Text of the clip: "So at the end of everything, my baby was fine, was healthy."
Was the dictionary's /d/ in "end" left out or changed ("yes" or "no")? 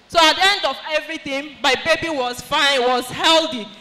no